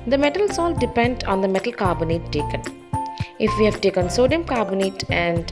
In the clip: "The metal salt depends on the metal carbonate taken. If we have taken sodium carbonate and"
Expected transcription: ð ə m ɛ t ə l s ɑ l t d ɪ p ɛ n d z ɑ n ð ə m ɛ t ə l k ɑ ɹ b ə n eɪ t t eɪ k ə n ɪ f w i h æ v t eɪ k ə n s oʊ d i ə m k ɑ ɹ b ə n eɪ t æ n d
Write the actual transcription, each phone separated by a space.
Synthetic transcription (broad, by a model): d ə m ɛ t ə l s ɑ l d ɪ p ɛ n d ɑ n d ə m ɛ t ə l k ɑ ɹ b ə n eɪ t t eɪ k ə n ɪ f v i h æ v t eɪ k ə n s oʊ d i ə m k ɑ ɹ b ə n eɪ t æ n d